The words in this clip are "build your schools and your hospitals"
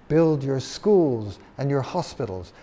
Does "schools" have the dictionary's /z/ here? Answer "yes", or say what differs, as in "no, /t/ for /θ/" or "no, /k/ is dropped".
yes